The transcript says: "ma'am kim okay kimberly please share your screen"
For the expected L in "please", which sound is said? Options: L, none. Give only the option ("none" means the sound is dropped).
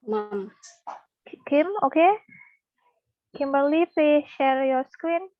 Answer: none